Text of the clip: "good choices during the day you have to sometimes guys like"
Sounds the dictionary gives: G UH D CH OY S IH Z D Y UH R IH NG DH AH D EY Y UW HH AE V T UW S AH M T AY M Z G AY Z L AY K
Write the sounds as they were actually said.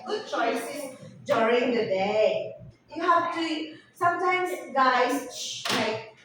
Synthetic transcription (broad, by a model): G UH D CH OY S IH S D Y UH R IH NG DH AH D EY Y UW HH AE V T UW S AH M T AY M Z G AY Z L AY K